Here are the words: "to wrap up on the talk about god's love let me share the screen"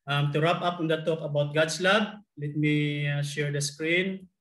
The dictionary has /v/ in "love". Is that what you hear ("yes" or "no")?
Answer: no